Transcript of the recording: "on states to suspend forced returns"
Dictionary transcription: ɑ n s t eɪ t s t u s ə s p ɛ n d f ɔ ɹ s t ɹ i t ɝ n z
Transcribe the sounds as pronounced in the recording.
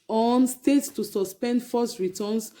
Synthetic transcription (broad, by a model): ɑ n s t eɪ t s t u s ə s p ɛ n d f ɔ s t ɹ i t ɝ n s